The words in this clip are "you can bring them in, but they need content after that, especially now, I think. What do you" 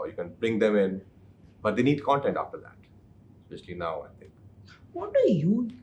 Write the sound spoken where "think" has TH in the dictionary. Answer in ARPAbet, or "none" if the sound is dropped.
T